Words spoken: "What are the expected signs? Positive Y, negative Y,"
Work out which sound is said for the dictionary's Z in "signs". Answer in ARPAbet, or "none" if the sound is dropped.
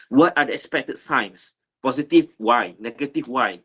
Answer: S